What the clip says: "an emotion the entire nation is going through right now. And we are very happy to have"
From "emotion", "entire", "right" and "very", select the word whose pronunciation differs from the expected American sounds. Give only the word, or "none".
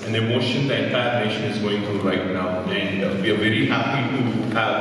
entire